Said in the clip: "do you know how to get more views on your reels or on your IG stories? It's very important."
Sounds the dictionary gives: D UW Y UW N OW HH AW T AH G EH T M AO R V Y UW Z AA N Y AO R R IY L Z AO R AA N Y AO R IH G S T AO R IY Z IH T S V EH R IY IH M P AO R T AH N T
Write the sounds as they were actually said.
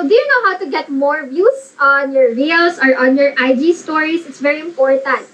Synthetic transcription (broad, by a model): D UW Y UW N OW HH AW T AH G EH T M AO R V Y UW S AA N Y AO R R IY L S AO R AA N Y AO R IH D S T AO R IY S IH T S V EH R IY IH M P AO R T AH N T